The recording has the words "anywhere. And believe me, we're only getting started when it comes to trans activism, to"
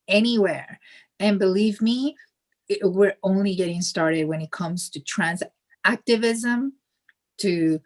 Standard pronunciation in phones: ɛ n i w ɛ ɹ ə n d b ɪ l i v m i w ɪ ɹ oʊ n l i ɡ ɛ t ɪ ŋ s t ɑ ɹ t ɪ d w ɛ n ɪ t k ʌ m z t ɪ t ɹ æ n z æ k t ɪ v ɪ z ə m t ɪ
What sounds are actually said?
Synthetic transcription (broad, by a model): ɛ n i w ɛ ɹ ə n b ɪ l i v m i w ɪ ɹ oʊ n l i ɡ ɛ t ɪ ŋ s t ɑ ɹ t ɪ d w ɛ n ɪ t k ʌ m z t ɪ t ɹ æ n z æ k t ɪ v ɪ z ə m t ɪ